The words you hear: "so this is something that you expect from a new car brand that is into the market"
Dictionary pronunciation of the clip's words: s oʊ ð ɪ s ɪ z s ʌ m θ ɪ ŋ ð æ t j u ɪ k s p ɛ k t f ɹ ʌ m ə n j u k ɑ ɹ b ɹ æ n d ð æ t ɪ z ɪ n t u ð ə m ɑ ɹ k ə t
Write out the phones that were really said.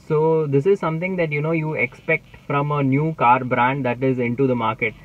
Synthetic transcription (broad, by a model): s oʊ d ɪ s ɪ z s ʌ m t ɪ ŋ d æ t j u ɪ k s p ɛ k t f ɹ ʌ m ə n j u k ɑ ɹ b ɹ æ n d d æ t ɪ z ɪ n t u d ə m ɑ ɹ k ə t